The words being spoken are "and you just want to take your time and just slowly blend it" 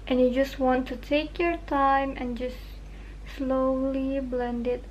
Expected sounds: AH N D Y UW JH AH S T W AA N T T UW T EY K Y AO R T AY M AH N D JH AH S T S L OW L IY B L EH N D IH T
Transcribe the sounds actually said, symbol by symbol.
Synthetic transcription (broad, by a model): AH N Y UW JH AH S T W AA N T T UW T EY K Y AO R T AY M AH N JH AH S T S L OW L IY B L EH N D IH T